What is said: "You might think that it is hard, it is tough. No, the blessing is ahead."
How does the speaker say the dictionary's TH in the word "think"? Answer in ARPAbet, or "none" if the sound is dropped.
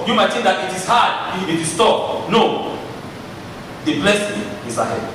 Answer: T